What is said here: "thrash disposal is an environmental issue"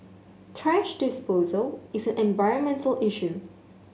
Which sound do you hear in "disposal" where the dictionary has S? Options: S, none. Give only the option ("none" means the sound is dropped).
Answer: S